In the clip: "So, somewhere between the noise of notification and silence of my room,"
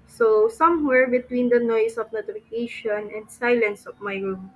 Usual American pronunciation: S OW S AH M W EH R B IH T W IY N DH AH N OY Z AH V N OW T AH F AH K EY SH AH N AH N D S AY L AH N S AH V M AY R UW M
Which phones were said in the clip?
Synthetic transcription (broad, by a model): S OW S AH M W EH R B IH T W IY N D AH N OY S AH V N OW T AH F AH K EY SH AH N AH N D S AY L AH N S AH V M AY R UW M